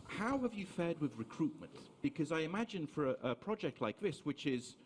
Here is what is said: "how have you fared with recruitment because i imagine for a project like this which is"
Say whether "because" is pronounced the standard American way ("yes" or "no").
yes